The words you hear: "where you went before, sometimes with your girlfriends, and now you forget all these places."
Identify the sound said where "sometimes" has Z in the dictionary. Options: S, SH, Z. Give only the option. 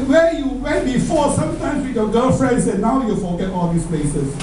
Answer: S